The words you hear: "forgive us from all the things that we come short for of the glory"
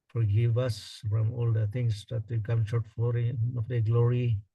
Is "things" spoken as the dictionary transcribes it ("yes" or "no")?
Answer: no